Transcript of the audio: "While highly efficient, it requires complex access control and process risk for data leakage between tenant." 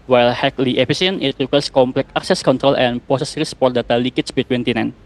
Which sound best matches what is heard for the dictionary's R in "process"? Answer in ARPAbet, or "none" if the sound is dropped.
none